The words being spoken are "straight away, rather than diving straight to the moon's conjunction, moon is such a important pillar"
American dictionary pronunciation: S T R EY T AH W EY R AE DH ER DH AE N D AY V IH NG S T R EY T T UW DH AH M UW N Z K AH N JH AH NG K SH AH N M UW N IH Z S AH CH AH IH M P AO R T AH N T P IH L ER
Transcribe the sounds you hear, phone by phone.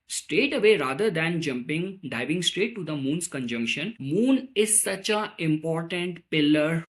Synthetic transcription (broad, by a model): S T R EY T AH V EY R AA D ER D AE N D AY V IH NG S T R EY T T UW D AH M UW N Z K AH N JH AH NG K SH AH N M UW N IH Z S AH CH AH IH M P AO R T AH N T P IH L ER